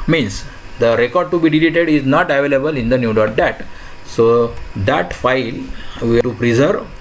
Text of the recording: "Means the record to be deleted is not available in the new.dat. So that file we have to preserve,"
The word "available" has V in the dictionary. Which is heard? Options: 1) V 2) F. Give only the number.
1